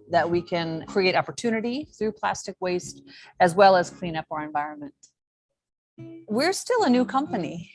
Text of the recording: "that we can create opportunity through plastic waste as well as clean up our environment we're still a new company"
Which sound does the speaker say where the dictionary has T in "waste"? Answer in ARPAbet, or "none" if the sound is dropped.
T